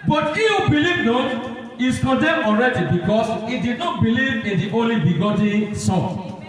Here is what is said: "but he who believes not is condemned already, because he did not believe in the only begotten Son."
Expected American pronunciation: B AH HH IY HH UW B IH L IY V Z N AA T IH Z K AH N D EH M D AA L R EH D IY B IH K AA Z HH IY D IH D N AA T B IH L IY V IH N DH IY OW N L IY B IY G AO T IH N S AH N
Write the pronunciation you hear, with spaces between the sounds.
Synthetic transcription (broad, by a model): B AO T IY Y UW B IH L IY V N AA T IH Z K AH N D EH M AA L R EH D IY B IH K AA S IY D IH D N AA T B IH L IY V IH N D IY OW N L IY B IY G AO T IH S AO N